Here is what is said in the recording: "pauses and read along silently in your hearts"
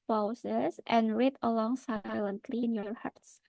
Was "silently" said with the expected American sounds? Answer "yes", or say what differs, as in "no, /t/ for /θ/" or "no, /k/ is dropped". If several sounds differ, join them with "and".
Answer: yes